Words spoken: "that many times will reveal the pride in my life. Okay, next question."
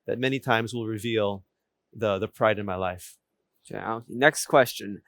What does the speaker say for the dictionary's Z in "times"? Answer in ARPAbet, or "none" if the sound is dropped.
Z